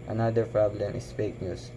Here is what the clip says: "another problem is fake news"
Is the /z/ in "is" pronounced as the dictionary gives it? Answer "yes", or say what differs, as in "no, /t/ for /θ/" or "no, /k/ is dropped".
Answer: no, /s/ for /z/